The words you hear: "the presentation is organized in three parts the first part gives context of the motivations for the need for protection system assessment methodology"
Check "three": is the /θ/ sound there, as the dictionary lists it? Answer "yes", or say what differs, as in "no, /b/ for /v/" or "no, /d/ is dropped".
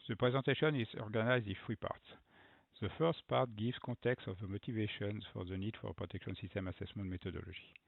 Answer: no, /f/ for /θ/